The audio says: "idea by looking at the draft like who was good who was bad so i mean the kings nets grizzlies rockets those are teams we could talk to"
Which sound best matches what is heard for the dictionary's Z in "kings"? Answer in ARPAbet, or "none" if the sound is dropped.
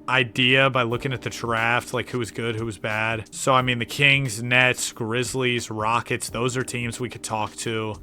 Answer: Z